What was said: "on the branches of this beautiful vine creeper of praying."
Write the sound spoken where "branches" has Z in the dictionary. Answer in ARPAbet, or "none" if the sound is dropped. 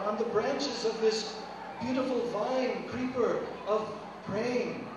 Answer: Z